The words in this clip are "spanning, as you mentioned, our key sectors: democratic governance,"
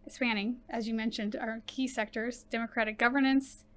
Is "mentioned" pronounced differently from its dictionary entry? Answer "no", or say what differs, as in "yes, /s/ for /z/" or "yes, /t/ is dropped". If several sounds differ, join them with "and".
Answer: no